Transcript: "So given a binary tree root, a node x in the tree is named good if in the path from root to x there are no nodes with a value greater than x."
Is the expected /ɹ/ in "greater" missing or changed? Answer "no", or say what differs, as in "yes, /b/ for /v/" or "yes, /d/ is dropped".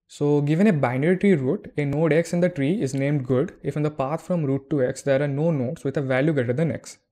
yes, /ɹ/ is dropped